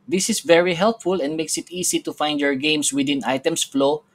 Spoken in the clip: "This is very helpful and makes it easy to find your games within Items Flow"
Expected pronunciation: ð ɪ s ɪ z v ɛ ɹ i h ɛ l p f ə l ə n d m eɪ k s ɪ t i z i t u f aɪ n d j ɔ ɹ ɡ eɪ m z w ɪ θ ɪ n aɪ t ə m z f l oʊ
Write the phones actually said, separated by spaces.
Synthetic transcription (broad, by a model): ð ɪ s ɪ s v ɛ ɹ i h ɛ l p f ə l ə n d m eɪ k s ɪ t i s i t u f aɪ n d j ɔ ɹ ɡ eɪ m s w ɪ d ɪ n aɪ t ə m s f l oʊ